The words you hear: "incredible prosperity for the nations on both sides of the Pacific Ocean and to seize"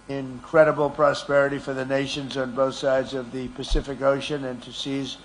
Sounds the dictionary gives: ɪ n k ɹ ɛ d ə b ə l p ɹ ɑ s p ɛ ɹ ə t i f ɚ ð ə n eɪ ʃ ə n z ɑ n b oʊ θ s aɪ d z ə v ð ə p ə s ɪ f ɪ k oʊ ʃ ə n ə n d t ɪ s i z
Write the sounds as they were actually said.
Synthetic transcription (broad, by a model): ɪ n k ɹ ɛ d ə b l p ɹ ɑ s p ɛ ɹ ə t i f ɚ ð ə n eɪ ʃ ə n z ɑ n b oʊ θ s aɪ d z ə v ð ə p ə s ɪ f ɪ k oʊ ʃ ə n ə n t ɪ s i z